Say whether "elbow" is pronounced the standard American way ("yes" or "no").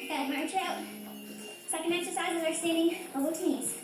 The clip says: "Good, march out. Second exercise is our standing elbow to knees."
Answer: no